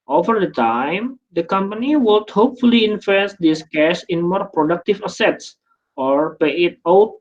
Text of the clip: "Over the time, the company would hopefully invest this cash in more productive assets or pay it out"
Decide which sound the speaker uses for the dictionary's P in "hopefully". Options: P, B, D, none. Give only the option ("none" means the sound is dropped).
P